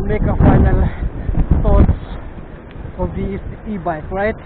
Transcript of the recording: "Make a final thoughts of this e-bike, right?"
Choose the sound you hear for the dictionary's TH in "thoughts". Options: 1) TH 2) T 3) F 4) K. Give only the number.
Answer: 2